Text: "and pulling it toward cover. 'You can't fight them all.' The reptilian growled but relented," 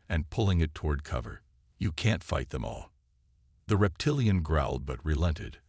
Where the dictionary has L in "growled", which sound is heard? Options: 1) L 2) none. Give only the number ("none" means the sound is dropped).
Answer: 1